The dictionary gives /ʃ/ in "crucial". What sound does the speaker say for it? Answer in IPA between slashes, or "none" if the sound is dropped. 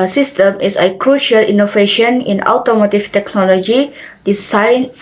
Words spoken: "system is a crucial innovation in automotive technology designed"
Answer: /ʃ/